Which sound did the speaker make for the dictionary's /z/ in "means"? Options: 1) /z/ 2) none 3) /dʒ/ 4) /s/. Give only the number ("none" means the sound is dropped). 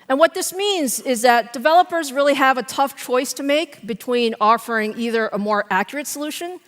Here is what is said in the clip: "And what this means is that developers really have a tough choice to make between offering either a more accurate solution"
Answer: 1